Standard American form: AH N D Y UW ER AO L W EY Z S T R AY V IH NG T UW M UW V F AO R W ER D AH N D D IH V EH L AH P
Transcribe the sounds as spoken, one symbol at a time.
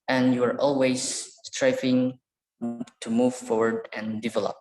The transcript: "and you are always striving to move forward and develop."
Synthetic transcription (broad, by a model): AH N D Y UW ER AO L W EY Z S T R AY F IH NG T UW M UW V F AO R W ER D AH N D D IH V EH L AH P